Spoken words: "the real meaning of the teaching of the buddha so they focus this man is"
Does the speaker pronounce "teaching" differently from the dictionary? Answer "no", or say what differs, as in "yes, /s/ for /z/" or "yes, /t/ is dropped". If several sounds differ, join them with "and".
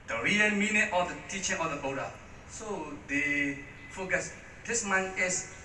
no